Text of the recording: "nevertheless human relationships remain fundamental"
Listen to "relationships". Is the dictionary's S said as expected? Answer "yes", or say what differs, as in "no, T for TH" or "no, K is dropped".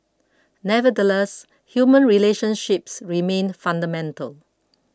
yes